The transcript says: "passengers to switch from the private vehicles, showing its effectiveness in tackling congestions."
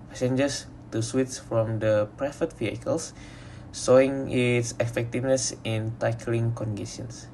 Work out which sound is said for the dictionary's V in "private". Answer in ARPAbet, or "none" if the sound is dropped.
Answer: F